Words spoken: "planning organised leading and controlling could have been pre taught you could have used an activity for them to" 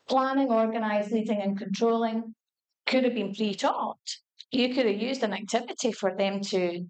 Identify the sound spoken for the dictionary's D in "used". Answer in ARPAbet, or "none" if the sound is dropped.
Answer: D